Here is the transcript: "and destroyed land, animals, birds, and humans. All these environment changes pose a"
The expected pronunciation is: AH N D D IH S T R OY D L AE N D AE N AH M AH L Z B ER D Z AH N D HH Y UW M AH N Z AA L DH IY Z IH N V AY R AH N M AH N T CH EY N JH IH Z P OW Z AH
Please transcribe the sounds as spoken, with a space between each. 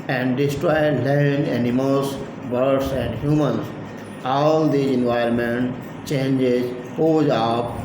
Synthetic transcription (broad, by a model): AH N D D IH S T R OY L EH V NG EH N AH M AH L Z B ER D S AH N D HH Y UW M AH N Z AA L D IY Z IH N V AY AH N M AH N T CH EY N JH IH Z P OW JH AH